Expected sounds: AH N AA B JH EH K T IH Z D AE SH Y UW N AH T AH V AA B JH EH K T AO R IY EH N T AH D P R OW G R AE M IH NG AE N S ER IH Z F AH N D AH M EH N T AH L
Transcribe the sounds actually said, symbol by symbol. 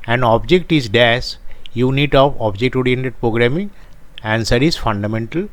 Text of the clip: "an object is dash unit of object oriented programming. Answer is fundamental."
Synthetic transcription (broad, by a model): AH N AA B JH EH K T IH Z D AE S Y UW N AH T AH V AA B JH EH K T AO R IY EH N T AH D P R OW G R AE M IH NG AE N S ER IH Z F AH N D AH M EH N T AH L